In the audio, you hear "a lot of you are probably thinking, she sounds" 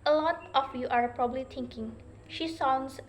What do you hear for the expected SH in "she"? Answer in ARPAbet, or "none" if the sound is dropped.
SH